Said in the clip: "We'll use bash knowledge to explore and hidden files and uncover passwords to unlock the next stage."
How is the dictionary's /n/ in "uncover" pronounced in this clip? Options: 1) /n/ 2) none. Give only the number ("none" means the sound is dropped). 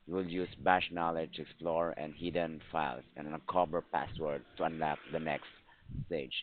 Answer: 2